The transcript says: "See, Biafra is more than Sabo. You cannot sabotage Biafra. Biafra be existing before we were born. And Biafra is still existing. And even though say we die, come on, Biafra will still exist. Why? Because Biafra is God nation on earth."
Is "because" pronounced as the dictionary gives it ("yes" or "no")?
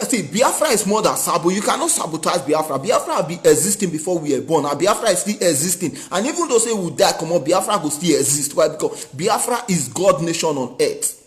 no